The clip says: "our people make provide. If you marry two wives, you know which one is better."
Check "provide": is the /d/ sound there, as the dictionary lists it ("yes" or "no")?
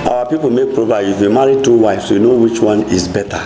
no